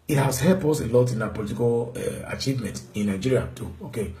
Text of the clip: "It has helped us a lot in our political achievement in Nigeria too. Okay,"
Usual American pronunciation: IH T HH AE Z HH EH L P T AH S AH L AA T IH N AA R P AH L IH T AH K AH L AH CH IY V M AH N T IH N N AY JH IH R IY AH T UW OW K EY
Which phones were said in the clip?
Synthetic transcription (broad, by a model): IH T HH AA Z HH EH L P AO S AH L AA T IH N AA P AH L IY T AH K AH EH AH CH IY V M AH N T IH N N AY JH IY R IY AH T UW OW K EY